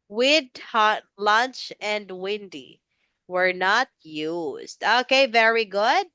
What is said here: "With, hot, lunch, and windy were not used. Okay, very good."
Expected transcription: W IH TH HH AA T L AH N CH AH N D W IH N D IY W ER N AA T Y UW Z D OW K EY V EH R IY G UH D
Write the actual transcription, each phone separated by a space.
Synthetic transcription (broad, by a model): W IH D HH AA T L AH N CH AH N D W IH N D IY W ER N AA T Y UW Z D OW K EY V EH R IY G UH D